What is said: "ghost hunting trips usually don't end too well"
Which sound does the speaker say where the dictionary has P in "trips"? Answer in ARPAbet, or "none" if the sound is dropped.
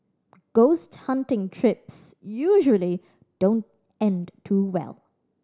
P